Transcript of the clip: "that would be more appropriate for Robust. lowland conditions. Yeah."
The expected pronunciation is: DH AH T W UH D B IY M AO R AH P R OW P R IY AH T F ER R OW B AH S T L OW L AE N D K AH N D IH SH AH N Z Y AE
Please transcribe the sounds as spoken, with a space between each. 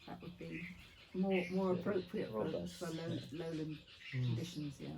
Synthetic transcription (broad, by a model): DH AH T W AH D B IY M AO R AH P R OW P R IY AH T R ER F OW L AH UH L OW L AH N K K AH N D IH SH AH N Z Y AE